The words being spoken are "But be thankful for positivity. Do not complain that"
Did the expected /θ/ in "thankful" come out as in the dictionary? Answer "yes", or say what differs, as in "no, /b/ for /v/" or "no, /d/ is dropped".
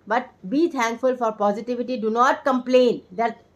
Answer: no, /t/ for /θ/